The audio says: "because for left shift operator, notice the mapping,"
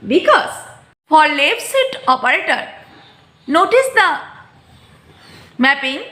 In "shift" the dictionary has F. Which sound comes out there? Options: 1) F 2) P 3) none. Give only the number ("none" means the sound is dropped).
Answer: 3